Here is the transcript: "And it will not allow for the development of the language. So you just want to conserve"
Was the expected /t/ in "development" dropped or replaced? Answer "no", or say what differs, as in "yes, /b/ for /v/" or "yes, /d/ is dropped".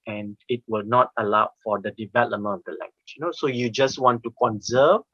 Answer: yes, /t/ is dropped